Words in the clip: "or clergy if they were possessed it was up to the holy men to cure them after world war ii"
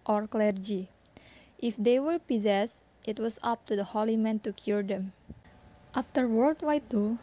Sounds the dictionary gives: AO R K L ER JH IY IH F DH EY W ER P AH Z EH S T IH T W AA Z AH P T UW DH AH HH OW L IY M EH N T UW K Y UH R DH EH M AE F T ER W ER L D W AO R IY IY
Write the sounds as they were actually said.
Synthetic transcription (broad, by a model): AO R K L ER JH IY IH F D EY W ER P AH Z EH S T IH T W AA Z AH P T UW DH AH HH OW L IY M EH N T UW K Y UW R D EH M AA F T ER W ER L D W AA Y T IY